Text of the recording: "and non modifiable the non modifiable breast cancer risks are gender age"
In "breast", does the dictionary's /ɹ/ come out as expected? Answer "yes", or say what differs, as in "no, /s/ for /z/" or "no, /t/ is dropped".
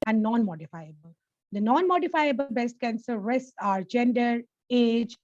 no, /ɹ/ is dropped